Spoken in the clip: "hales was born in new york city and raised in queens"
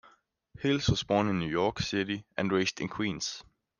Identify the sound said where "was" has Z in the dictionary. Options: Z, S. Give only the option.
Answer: S